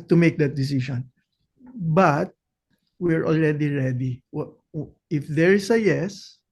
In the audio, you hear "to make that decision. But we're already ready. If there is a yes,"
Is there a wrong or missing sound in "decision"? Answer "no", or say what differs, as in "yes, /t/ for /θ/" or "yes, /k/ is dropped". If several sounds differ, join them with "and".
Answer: yes, /ʃ/ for /ʒ/